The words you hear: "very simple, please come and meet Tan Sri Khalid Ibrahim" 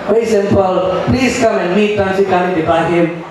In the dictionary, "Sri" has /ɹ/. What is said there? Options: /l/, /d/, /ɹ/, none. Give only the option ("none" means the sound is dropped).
none